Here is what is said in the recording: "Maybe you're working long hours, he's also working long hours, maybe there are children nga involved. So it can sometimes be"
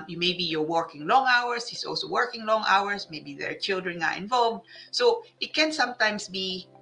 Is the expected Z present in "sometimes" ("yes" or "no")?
no